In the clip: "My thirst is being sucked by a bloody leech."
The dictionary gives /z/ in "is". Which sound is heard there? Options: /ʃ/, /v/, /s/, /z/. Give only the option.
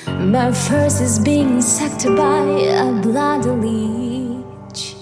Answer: /z/